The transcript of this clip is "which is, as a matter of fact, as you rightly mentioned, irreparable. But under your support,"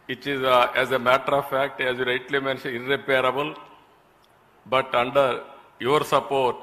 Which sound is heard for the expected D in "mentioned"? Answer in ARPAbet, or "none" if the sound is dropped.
none